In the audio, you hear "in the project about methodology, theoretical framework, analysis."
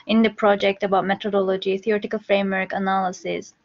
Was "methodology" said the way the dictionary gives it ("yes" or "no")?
no